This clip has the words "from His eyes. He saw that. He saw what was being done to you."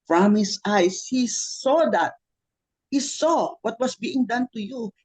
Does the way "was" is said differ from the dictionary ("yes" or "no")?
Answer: yes